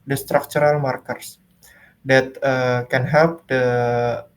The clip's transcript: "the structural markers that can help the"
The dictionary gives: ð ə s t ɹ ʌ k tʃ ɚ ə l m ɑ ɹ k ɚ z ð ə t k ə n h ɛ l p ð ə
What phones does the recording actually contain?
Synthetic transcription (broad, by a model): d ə s t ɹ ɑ k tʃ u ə l m ɑ ɹ k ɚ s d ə t k ə n h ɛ p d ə